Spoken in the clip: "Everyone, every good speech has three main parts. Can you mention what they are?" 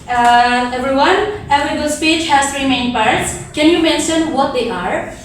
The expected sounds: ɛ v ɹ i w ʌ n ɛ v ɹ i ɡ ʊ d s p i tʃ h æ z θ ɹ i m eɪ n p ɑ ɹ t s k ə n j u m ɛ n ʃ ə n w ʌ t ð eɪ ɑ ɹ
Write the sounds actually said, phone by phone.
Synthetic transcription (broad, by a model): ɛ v ɹ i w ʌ n ɛ v ɹ i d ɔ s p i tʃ h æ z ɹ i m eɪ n p ɑ ɹ t s k ə n j u m ɛ n ʃ ə n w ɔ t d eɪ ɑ ɹ